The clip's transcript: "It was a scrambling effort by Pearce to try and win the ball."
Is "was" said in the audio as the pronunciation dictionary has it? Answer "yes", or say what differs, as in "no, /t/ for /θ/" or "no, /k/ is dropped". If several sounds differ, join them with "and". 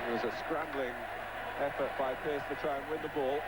yes